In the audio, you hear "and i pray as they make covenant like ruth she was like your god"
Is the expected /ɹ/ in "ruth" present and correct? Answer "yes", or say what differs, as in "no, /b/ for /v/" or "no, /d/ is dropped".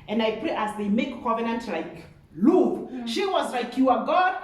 no, /l/ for /ɹ/